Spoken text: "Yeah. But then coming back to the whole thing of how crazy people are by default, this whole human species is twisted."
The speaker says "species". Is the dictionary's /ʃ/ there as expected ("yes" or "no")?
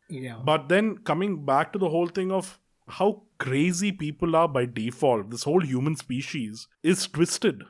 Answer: yes